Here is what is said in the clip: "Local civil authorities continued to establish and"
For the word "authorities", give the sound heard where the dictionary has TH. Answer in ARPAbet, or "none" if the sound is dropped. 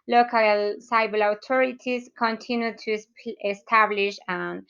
T